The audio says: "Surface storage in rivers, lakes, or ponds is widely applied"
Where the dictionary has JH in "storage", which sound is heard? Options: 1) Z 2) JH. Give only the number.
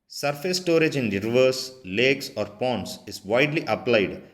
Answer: 2